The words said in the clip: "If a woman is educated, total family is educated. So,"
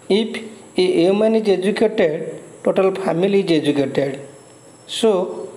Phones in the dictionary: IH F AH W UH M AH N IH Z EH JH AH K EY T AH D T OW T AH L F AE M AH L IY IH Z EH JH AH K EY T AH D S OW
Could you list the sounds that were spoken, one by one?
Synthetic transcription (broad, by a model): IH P AH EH M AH N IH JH EH JH AH K EY T AH D T OW T AH L P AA M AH L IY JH EH JH AH K EY T AH D S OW